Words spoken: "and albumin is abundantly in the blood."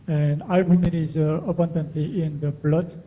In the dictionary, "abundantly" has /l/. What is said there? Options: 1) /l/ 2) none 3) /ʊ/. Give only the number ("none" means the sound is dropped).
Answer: 2